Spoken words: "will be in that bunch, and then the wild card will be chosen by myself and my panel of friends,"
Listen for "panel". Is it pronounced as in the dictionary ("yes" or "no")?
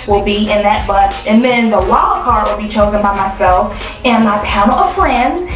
no